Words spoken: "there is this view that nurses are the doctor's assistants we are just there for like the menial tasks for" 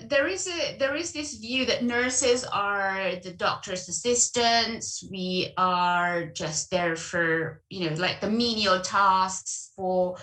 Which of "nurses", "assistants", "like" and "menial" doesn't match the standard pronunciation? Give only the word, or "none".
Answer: none